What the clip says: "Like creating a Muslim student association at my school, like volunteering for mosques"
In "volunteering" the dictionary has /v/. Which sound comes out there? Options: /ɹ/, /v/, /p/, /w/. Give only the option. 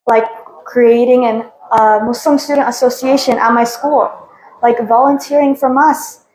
/v/